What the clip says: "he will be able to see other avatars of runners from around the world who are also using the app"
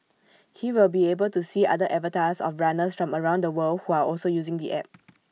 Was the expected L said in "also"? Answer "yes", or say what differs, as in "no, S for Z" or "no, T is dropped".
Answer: yes